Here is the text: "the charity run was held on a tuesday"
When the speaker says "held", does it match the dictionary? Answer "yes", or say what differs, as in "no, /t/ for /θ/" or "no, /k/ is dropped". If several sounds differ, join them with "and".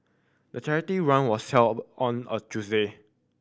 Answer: no, /d/ is dropped